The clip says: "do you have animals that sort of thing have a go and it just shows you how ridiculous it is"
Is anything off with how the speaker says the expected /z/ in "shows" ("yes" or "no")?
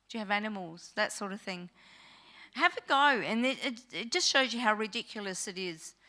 no